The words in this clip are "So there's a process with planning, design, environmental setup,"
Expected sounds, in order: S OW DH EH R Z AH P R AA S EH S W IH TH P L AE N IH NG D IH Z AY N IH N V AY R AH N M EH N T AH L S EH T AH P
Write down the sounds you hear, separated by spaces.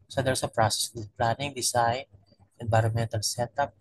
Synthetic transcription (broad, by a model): S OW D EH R S AH P R AA S EH S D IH P L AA N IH NG D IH S AY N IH N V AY R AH N M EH N T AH L S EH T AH P